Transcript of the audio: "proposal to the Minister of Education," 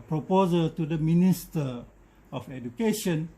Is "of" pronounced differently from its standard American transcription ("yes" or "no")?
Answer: yes